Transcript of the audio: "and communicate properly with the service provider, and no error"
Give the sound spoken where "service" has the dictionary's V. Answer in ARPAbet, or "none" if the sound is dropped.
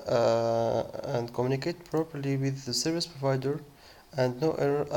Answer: V